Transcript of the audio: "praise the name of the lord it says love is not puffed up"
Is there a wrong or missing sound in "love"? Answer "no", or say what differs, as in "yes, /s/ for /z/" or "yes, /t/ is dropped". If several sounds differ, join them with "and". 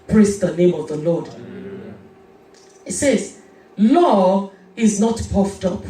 yes, /v/ is dropped